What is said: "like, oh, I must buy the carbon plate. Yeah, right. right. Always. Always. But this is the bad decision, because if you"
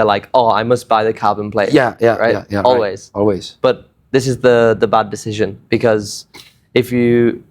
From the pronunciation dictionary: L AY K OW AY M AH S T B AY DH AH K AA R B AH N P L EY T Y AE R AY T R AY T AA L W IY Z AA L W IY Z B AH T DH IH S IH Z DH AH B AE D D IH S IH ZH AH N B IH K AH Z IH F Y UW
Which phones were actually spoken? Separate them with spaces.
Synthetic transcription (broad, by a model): L AY K OW AY M AH S T B AY DH AH K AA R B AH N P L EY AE Y AE R AY T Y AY AA L W IY Z AA L W IY Z B AH T DH IH S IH Z DH AH B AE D D IH S IH ZH AH N B IH K AH Z IH F Y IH